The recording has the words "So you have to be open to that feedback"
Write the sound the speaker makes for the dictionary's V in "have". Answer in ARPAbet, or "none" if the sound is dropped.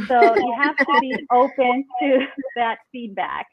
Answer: F